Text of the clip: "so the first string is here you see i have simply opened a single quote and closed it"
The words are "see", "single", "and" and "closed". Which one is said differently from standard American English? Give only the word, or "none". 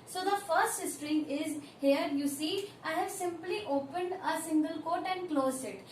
closed